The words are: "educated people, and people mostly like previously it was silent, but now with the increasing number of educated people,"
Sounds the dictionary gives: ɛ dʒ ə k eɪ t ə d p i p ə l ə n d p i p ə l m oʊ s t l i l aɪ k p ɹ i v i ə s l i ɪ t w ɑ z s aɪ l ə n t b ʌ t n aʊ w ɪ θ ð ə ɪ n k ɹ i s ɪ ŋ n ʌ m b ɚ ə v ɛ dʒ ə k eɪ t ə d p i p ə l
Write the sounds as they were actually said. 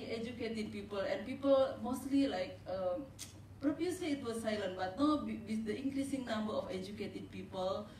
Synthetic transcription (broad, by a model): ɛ dʒ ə k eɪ t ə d p i p ə l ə n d p i p ə l m oʊ s t l i l aɪ k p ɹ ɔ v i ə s i ɪ t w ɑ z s aɪ l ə n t b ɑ t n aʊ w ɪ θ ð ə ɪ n k ɹ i s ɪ ŋ n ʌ m b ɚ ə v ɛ dʒ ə k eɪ t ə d p i p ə l